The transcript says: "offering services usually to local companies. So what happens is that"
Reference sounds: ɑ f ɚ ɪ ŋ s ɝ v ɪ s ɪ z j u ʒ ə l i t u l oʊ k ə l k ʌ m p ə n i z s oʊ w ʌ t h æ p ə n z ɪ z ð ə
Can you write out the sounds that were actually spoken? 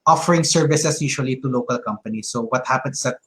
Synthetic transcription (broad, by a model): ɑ f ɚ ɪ ŋ s ɝ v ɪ s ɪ s j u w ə l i t u l oʊ k ə l k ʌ m p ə n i s oʊ w ʌ t h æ p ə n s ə